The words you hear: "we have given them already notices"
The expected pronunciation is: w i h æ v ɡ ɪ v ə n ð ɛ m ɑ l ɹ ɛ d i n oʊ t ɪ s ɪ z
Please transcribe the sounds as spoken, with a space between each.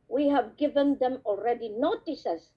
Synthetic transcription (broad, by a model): w i h æ v ɡ ɪ v ə n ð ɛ m ɑ l ɹ ɛ d i n oʊ t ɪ s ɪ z